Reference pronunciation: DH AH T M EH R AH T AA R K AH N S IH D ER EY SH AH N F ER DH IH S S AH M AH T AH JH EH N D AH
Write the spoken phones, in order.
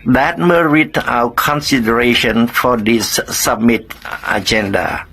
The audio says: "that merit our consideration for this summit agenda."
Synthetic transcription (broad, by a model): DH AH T M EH R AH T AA W K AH N S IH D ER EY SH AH N F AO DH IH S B M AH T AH JH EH N D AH